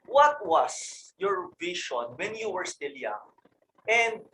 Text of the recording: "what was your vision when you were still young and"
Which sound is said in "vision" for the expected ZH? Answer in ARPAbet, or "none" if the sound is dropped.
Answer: SH